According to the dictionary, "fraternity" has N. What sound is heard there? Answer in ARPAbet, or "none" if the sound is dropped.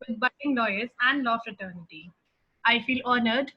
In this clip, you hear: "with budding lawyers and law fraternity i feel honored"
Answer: N